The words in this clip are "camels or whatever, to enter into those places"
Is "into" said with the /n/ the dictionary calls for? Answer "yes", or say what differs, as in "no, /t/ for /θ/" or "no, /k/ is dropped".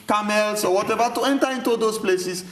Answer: yes